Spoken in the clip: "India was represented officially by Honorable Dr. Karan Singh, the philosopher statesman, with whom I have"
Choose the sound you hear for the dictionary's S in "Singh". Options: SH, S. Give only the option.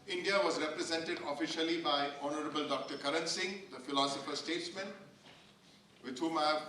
S